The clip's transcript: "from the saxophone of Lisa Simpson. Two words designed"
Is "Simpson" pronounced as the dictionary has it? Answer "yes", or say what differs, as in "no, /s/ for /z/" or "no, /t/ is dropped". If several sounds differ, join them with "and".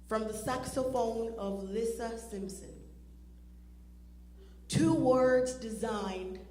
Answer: yes